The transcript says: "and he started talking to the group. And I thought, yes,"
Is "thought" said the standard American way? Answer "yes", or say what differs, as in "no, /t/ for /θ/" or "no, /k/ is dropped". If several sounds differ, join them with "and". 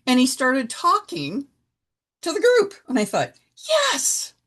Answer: yes